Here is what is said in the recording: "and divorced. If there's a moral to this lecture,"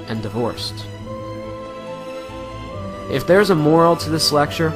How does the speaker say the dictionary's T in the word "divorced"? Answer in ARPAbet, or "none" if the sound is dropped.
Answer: T